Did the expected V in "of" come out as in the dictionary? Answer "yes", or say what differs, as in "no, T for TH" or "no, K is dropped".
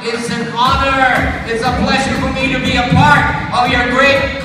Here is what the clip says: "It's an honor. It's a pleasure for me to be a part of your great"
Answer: yes